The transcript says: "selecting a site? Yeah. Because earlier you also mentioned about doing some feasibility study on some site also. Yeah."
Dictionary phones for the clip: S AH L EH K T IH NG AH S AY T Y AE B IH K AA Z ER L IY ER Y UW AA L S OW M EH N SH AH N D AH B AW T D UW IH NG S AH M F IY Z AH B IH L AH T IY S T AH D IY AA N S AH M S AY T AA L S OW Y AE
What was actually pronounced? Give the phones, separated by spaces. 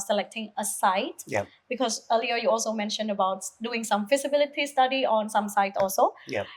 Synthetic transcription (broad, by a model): S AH L EH K T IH NG AH S AY T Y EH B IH K AA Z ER L IY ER Y UW AA L S OW M EH N SH AH N D AH B AW T D UW IH NG S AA M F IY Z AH B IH L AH T IY S T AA D IY AA N S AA M S AY T AA L S OW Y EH